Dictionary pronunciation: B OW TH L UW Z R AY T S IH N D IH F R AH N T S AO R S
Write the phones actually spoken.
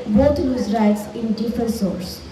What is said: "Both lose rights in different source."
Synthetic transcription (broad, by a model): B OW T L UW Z R AY T S IH N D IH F AH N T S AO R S